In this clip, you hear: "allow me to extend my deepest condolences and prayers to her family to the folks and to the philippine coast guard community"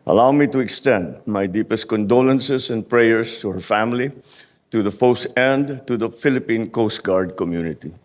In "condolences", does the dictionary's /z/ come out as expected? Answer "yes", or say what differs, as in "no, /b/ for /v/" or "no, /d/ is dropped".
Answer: no, /s/ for /z/